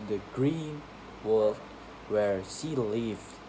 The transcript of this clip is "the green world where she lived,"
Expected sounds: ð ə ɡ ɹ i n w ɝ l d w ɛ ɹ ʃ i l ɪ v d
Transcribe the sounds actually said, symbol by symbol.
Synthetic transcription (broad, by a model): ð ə ɡ ɹ i n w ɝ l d w ɛ ɹ s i l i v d